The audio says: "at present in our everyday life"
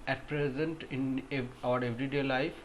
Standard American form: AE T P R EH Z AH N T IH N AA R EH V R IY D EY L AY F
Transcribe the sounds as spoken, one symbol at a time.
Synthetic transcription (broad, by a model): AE T P R EH Z AH N T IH N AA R EH V R IY D EY L AY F